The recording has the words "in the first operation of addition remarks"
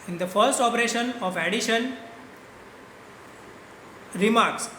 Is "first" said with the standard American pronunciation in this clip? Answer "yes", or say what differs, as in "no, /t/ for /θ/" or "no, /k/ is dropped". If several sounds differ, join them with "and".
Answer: yes